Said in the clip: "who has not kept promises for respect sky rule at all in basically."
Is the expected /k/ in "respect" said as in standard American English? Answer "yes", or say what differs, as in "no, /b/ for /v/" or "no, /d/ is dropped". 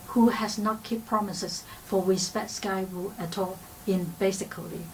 no, /k/ is dropped